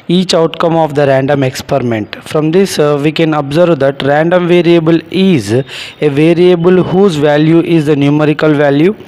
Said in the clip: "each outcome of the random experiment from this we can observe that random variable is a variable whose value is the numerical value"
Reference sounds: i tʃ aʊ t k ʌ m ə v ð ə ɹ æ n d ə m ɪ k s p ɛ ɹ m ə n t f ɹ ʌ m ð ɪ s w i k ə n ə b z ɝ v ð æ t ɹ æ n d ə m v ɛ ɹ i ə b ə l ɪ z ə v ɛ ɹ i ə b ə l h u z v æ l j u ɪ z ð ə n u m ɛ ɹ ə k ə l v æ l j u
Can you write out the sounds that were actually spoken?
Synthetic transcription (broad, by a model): i tʃ aʊ t k ʌ m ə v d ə ɹ æ n d ə m ɪ k s p ɛ ɹ m ə n t f ɹ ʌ m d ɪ s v i k ə n ə b z ɝ v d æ t ɹ æ n d ə m v ɛ ɹ i ə b ə l ɪ z ə v ɛ ɹ i ə b ə l h u z v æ l j u ɪ z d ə n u m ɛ ɹ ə k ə l v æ l j u